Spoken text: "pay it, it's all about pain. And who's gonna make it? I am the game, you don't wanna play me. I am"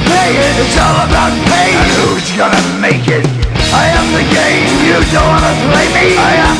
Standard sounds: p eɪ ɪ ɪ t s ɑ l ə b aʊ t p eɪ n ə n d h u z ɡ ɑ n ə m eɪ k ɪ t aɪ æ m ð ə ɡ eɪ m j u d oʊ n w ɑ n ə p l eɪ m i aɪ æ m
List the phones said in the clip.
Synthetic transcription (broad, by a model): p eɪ ɪ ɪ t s ɑ l ə b aʊ t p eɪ ə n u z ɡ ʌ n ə m eɪ k ɪ t aɪ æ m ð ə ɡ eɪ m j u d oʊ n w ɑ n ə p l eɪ m i aɪ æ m